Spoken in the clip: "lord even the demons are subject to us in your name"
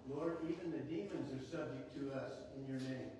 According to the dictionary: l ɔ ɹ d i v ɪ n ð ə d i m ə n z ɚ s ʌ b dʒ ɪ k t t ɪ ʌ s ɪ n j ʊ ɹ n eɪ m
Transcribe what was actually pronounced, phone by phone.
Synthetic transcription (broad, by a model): l ɔ ɹ d i v ɪ n ð ə d i m ə n z ɚ s ʌ b dʒ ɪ k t t ɪ ʌ s ɪ n j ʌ ɹ n eɪ m